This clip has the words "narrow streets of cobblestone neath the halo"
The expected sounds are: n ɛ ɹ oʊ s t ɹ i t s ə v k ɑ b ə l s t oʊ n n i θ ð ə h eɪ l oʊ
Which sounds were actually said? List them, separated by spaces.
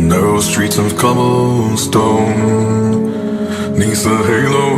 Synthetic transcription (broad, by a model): n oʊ s t ɹ i t s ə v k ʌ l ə n s t oʊ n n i s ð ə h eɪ l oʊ